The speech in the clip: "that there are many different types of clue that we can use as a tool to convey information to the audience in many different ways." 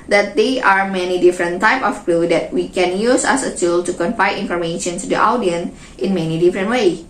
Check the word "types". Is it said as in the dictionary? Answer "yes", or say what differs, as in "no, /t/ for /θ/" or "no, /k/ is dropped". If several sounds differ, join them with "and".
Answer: no, /s/ is dropped